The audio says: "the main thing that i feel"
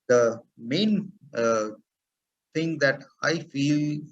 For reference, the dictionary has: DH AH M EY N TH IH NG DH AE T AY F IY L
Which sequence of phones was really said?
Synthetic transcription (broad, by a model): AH M EY N T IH NG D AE T AY F IY L